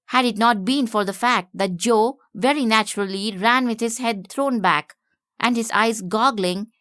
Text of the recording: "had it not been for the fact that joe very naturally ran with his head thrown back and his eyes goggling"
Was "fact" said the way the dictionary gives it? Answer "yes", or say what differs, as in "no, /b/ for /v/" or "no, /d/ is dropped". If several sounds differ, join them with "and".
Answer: yes